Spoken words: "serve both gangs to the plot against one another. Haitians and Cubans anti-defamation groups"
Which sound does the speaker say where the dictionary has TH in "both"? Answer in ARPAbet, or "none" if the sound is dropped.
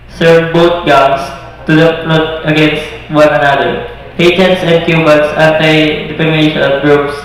T